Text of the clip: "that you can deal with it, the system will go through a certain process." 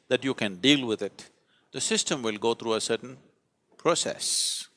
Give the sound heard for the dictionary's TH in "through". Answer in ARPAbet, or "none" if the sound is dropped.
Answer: T